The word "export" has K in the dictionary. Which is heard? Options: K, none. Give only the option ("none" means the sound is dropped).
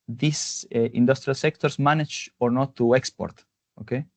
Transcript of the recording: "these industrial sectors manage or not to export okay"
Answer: K